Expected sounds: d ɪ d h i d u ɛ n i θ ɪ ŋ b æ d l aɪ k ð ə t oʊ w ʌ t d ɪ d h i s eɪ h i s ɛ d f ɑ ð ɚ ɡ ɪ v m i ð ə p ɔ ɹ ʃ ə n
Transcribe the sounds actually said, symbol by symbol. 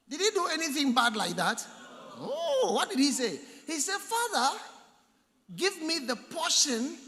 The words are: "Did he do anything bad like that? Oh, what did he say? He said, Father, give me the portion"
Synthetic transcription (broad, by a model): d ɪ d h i d u ɛ n i θ ɪ ŋ b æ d l aɪ k ð ə t oʊ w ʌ t d ɪ d h i s eɪ h i s ɛ d f ɑ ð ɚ ɡ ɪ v m i ð ə p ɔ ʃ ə n